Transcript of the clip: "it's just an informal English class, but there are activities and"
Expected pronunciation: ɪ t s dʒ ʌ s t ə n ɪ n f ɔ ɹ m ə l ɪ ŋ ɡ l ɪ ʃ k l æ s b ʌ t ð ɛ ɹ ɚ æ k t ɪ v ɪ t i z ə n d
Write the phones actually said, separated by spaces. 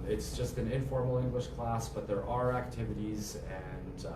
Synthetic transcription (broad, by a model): ɪ t s dʒ ʌ s t ə n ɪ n f ɔ ɹ m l ɪ ŋ ɡ l ɪ ʃ k l æ s b ʌ t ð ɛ ɹ ɚ æ k t ɪ v ɪ t i z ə n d